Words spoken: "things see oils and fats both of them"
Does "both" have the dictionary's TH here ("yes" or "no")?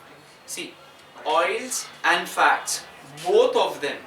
no